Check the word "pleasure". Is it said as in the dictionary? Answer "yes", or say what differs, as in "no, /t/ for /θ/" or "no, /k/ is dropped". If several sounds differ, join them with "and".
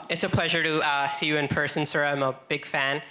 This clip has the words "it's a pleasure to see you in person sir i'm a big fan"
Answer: yes